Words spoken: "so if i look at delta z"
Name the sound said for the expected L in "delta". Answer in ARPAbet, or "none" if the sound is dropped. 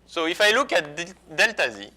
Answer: L